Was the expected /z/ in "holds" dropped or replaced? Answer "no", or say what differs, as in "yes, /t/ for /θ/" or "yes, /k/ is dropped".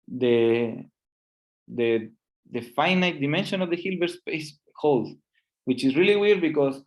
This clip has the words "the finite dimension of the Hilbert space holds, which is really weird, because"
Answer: yes, /z/ is dropped